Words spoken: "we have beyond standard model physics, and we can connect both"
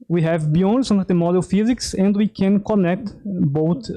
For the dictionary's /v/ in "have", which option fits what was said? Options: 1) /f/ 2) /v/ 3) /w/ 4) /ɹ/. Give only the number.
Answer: 2